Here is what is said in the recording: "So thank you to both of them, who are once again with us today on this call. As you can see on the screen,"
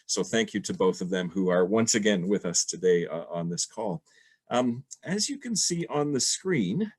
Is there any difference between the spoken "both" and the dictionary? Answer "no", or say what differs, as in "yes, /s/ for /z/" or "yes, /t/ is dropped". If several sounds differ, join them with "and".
no